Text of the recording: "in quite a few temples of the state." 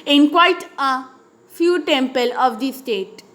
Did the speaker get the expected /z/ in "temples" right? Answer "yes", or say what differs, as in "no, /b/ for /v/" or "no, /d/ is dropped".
no, /z/ is dropped